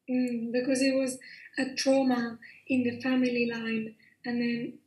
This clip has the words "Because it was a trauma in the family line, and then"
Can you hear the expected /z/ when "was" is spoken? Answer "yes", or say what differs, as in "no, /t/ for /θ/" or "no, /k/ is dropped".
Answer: yes